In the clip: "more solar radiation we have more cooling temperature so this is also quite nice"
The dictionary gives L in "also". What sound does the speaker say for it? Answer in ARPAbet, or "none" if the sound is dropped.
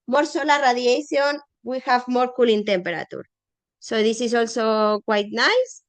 L